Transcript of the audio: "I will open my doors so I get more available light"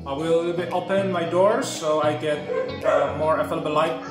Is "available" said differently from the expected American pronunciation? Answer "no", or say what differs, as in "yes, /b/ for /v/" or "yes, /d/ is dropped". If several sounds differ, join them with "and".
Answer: yes, /f/ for /v/